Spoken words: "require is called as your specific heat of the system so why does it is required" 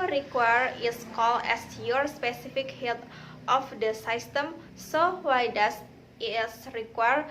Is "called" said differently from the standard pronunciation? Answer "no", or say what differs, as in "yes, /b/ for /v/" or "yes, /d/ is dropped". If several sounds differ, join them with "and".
yes, /d/ is dropped